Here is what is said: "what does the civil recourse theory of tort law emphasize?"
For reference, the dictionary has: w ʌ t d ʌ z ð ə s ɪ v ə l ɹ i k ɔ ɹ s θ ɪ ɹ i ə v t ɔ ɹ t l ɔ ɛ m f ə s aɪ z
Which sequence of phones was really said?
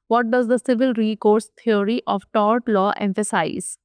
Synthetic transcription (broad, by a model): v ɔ t d ʌ z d ə s ɪ v ə l ɹ i k ɔ ɹ s t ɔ ɹ i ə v t ɔ ɹ t l ɔ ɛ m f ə s aɪ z